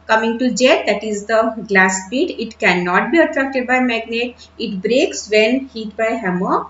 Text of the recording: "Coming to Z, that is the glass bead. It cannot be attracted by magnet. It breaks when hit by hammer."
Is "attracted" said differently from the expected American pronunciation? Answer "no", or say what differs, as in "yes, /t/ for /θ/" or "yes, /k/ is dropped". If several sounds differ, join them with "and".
no